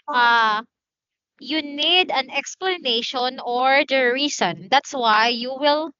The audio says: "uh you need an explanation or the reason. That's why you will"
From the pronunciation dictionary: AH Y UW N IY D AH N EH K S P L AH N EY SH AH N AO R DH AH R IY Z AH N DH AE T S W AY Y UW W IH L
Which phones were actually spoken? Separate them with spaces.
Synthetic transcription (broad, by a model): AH Y UW N IY D AH N EH K S P L AH N EY SH AH N AO R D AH R IY S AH N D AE T S W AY Y UW W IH L